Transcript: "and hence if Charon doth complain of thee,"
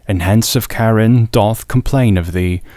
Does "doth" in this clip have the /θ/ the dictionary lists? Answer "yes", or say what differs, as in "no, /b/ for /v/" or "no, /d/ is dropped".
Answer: yes